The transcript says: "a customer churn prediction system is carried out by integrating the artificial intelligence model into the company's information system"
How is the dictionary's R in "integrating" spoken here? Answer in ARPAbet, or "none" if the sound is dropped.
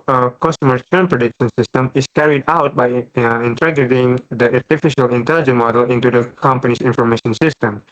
none